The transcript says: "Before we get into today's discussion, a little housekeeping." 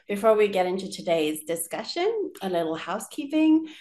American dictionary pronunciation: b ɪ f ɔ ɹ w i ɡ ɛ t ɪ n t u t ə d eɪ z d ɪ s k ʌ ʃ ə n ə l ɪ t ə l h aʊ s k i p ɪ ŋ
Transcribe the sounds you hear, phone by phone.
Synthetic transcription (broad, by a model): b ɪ f ɔ ɹ w i ɡ ɛ t ɪ n t u t ə d eɪ z d ɪ s k ʌ ʃ ə n ə l ɪ t l h aʊ s k i p ɪ ŋ